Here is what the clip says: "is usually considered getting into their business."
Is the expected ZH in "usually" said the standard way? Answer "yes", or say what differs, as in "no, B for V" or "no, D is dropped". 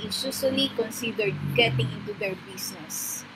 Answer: no, S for ZH